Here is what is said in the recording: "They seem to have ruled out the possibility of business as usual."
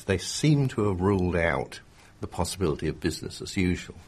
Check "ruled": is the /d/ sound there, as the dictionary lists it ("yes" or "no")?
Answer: yes